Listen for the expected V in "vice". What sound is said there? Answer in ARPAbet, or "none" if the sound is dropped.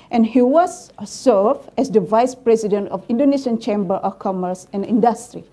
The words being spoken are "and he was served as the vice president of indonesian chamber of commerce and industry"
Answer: V